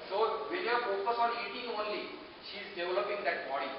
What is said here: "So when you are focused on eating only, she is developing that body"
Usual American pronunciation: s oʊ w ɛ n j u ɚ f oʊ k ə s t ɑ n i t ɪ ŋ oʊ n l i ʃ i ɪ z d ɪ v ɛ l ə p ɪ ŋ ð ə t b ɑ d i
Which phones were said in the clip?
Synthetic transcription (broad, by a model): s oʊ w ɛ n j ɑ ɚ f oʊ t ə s ɑ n i t ɪ ŋ oʊ n l i ʃ i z d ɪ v l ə p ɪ ŋ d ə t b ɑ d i